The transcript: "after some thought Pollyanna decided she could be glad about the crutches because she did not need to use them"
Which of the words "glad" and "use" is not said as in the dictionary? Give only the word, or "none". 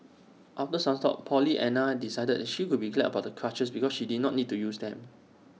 glad